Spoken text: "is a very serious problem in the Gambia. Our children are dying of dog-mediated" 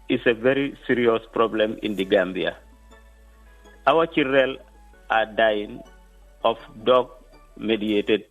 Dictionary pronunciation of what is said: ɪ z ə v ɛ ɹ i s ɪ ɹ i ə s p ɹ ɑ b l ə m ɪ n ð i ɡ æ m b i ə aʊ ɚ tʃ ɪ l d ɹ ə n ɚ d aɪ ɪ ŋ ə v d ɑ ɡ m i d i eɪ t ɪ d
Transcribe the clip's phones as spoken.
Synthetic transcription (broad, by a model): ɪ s ə v ɛ ɹ i s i ɹ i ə s p ɹ ɑ b l ə m ɪ n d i ɡ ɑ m b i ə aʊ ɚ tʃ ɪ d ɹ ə l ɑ d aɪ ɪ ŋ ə f d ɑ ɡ m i d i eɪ t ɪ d